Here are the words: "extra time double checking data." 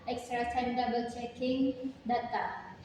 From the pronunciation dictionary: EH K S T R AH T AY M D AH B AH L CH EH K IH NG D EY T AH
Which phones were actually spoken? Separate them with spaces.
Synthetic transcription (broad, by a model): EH K S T R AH S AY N D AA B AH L CH EH K IH NG D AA T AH